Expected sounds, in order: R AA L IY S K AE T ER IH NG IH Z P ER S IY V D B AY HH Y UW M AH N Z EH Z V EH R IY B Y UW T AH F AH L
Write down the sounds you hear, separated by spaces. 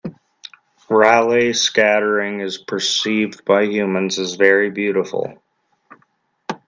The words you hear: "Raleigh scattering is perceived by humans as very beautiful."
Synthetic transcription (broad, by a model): R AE L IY S K AE T ER IH NG IH Z P ER S IY V D B AY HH Y UW M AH N Z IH Z V EH R IY B Y UW T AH F L